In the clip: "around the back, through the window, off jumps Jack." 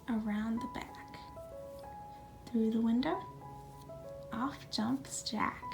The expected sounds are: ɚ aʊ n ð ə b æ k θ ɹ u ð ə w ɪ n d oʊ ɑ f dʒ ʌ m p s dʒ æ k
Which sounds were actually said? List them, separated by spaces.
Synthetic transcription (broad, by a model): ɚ aʊ n ð ə b æ k θ ɹ u ð ə w ɪ n d oʊ ɑ f dʒ ʌ m p s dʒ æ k